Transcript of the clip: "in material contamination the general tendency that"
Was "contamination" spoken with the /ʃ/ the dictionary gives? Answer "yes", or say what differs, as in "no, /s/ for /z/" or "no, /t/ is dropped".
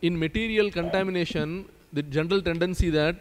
yes